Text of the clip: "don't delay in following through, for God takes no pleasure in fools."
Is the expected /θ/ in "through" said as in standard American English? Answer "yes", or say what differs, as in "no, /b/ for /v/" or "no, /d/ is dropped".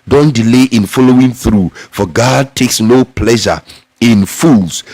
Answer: yes